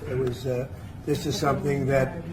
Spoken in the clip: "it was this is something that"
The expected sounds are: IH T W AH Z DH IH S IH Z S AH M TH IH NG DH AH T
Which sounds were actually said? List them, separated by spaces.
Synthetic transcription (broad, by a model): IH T W AH Z DH IH S IH Z S AH M TH IH NG DH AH T